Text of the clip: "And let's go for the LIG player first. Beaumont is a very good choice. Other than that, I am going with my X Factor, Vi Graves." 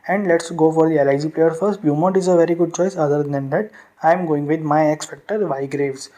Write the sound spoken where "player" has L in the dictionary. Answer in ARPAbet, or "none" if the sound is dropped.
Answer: L